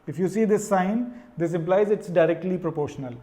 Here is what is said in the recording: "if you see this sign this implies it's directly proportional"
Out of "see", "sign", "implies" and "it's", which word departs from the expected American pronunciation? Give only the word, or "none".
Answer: none